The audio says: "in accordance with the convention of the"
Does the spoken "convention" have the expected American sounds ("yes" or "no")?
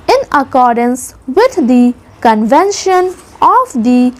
yes